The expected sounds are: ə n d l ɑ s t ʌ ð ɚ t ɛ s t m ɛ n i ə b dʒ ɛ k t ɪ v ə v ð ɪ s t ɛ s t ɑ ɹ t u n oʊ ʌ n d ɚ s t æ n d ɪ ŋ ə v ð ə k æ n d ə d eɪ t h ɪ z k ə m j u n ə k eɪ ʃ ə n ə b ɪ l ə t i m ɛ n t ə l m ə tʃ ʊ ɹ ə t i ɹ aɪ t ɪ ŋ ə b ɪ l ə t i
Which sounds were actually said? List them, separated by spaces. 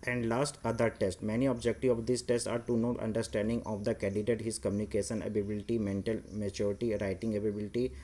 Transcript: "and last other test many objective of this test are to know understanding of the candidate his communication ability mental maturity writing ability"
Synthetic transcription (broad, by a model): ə n d l ɑ s t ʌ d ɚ t ɛ s t m ɛ n i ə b dʒ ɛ k t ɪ ə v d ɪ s t ɛ s t ɑ ɹ t u n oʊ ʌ n d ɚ s t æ n d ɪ ŋ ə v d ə k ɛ n d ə d eɪ t h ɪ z k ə m j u n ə k eɪ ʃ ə n ə b ɪ l ə t i m ɛ n t ə l m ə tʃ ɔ ɹ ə t i ɹ aɪ t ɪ ŋ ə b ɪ l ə t i